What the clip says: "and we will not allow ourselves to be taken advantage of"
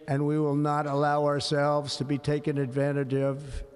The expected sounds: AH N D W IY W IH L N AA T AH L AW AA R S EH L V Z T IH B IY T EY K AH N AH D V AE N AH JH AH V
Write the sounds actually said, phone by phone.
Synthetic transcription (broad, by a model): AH N W IY W IH L N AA T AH L AW AA R S EH L V Z T IH B IY T EY K AH N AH D V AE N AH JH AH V